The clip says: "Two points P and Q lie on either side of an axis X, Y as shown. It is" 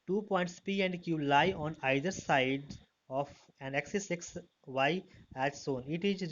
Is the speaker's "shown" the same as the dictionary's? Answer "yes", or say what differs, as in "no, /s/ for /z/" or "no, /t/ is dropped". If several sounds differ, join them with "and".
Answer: no, /s/ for /ʃ/